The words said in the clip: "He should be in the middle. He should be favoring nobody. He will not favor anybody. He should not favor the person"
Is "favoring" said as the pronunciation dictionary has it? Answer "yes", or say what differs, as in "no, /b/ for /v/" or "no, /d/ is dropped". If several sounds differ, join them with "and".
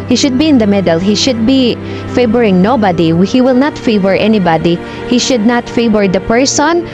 no, /b/ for /v/